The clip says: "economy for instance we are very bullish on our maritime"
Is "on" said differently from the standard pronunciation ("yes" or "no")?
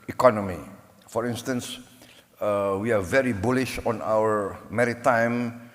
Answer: no